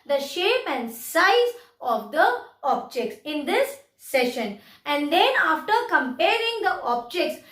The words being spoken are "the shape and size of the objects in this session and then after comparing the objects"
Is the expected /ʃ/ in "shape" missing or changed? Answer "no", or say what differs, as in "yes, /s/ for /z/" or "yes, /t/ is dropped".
no